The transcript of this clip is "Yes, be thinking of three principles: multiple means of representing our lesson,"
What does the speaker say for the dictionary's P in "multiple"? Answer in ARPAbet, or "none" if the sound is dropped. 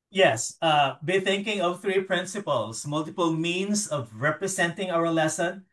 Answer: P